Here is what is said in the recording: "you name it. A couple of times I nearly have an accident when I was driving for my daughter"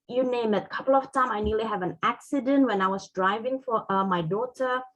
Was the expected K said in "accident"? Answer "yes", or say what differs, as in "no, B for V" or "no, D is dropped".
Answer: yes